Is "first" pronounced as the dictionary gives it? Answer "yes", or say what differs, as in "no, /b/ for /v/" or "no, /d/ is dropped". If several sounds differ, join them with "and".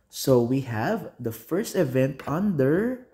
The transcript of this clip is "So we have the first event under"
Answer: yes